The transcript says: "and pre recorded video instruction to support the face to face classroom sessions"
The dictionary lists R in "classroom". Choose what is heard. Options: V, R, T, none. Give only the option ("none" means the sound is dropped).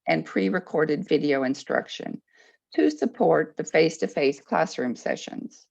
R